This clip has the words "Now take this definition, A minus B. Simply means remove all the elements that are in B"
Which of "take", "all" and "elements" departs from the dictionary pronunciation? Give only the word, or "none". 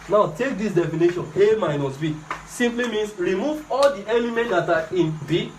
elements